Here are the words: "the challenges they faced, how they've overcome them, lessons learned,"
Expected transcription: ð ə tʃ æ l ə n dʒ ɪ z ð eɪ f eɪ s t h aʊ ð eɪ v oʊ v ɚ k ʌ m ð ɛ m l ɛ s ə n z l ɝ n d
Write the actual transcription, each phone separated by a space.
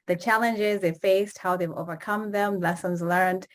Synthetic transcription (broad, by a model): ð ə tʃ æ l ə n dʒ ɪ z ð eɪ f eɪ s t h aʊ ð eɪ v oʊ v ɚ k ʌ m ð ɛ m l ɛ s ə n z l ɝ n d